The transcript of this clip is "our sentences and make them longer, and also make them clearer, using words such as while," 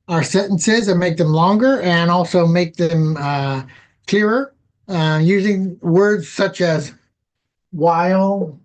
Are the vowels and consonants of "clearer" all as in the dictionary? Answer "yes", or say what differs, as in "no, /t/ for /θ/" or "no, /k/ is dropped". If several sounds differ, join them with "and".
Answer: yes